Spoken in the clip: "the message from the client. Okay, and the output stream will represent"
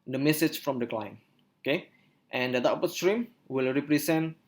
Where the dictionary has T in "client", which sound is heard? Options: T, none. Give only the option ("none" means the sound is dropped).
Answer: none